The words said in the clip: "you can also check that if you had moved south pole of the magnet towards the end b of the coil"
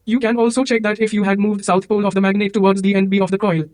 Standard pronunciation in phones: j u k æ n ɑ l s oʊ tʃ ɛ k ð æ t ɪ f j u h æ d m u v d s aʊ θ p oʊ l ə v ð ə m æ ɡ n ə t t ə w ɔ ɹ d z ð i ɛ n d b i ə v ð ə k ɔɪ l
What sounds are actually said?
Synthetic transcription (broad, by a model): j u k æ n ɑ l s oʊ tʃ ɛ k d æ t ɪ f j u h æ d m u v d s aʊ t p oʊ l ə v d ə m æ ɡ n ə t t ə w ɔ ɹ d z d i ɛ n d b i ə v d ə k ɔɪ l